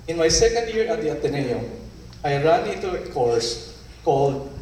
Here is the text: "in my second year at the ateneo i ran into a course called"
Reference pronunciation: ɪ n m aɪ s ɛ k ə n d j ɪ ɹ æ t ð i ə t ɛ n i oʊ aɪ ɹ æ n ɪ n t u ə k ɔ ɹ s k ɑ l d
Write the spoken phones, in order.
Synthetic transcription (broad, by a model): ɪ n m aɪ s ɛ k ə n d j ɪ ɹ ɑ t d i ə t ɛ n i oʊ aɪ ɹ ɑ n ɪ t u ə k ɔ ɹ s k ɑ l d